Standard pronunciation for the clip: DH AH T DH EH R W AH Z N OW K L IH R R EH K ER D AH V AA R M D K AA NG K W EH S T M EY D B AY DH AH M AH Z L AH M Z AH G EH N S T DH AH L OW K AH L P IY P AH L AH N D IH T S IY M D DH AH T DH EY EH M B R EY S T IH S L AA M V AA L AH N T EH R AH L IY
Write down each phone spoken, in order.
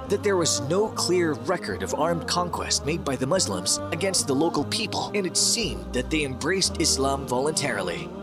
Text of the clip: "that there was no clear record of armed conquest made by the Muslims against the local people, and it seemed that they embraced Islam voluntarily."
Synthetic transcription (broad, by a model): DH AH T DH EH R W AH Z N OW K L IH R R EH K ER D AH V AA R M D K AA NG K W EH S T M EY D B AY DH AH M AH Z L AH M Z AH G EH N S T DH AH L OW K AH L P IY P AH L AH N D IH T S IY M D DH AH T DH EY EH M B R EY S T IH S L AA M V AA L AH N T EH R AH L IY